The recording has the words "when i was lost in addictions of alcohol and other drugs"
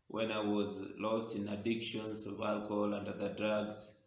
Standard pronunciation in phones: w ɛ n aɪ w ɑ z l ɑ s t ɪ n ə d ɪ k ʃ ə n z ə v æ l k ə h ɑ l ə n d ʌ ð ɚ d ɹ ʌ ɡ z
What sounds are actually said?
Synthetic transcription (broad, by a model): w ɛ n aɪ w ɑ z l ɑ s t ɪ n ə d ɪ k ʃ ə n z ə v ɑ l k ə h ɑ l ə n d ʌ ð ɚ d ɹ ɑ ɡ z